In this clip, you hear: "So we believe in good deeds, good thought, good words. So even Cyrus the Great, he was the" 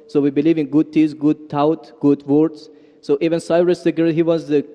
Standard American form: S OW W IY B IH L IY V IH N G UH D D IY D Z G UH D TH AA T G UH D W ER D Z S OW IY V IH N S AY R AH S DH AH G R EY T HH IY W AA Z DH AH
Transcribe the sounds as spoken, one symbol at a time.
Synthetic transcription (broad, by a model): S OW W IY B IH L IY V IH N G UH D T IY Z G UH D T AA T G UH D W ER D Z S OW IY V IH N S AY R AH S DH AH G EY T HH IY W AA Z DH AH